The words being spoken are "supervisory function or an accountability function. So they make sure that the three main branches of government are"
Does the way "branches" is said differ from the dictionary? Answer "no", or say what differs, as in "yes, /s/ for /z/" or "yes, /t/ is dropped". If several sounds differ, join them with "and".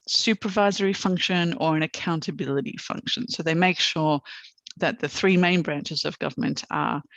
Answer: no